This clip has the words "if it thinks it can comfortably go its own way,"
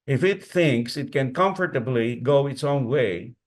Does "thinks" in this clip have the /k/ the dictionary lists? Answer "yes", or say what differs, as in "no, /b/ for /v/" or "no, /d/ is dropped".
yes